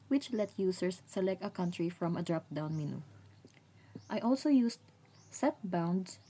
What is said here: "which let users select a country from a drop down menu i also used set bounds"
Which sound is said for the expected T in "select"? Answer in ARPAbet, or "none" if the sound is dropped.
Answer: T